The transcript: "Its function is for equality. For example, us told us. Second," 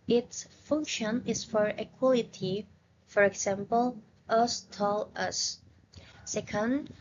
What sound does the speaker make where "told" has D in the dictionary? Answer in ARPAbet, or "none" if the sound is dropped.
none